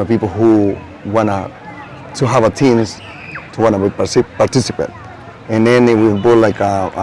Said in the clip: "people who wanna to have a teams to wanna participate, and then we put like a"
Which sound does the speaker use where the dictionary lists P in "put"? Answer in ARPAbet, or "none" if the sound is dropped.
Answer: B